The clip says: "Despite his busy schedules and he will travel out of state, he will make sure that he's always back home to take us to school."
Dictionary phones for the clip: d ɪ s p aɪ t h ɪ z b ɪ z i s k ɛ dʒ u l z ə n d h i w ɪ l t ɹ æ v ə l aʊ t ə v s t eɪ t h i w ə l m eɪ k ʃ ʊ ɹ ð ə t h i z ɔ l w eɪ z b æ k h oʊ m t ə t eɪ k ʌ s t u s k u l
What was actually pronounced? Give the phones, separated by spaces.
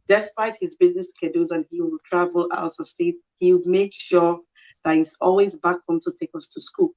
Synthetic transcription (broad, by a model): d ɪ s p aɪ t h ɪ z b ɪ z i s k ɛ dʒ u z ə n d h i w ɪ l t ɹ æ v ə l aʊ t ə s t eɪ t h i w m eɪ k ʃ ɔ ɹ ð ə t h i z ɔ l w eɪ z b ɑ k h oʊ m t ə t eɪ k ʌ s t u s k u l